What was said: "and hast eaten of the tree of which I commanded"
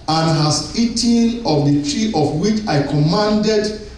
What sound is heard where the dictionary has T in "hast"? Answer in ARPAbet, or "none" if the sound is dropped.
none